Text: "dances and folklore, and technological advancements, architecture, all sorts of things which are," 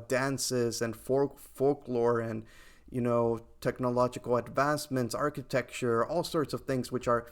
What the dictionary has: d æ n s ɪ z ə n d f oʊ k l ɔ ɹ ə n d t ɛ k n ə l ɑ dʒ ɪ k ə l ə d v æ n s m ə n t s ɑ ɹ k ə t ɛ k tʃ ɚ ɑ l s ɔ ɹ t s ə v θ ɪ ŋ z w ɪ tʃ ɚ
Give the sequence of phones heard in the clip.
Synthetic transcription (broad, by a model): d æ n s ɪ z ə n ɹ f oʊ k l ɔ ɹ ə n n t ɛ k n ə l ɑ dʒ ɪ k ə l ə d v æ n s m ə n t s ɑ ɹ k ə t ɛ k tʃ ɚ ɑ l s ɔ ɹ t s ə v θ ɪ ŋ z w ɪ tʃ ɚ